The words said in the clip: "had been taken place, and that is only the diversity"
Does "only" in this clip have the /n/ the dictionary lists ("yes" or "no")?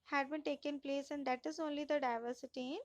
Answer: yes